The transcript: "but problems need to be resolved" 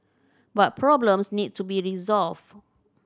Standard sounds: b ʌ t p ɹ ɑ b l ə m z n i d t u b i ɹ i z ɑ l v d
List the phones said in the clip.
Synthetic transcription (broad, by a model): b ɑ t p ɹ ɑ b l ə m s n i d t u b i ɹ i z ɑ l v